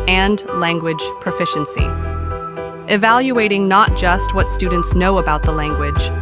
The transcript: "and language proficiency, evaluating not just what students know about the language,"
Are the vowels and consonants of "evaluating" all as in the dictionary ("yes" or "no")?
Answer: yes